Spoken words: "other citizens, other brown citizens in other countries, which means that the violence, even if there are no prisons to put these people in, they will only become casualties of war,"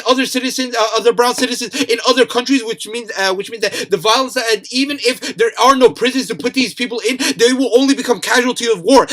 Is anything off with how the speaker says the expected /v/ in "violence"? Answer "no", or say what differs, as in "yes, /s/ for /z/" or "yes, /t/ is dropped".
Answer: no